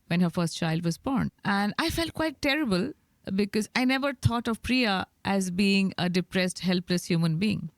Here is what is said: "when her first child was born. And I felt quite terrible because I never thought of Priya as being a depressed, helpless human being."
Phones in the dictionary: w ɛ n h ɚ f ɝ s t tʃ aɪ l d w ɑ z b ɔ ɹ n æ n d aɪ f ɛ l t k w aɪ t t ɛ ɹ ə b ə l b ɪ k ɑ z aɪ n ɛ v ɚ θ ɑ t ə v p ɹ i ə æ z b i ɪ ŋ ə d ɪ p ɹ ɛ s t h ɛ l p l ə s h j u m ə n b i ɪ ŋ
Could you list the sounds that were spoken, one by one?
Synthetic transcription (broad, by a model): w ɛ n h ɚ f ɝ s t tʃ aɪ l d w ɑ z b ɔ ɹ n æ n d aɪ f ɛ l t k w aɪ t t ɛ ɹ ə b ə l b ɪ k ɑ z aɪ n ɛ v ɚ t ɑ t ə v p ɹ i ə æ z b i ɪ ŋ ə d ɪ p ɹ ɛ s t h ɛ l p l ə s h j u m ə n b i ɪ ŋ